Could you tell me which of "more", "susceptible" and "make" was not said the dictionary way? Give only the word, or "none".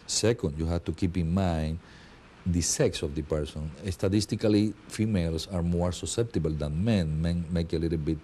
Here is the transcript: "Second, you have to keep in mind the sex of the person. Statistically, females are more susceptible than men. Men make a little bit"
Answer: none